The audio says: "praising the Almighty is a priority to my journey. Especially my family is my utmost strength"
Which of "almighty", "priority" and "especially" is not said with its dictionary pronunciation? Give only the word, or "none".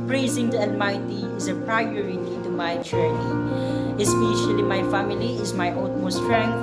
almighty